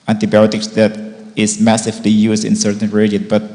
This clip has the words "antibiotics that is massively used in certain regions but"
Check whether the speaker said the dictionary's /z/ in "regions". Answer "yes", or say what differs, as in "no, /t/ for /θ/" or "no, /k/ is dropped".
no, /z/ is dropped